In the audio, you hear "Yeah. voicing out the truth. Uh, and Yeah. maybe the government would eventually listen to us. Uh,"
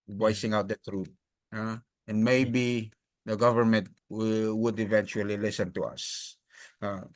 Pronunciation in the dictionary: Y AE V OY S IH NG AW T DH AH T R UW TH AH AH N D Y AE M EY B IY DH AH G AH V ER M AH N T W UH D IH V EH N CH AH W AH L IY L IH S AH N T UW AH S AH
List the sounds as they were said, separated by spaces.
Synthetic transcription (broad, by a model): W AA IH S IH NG AW T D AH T R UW T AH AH N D M EY B IY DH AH G AH V ER M AH N T W UH D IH V EH N CH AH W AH L IY L IH S AH N T UW AH S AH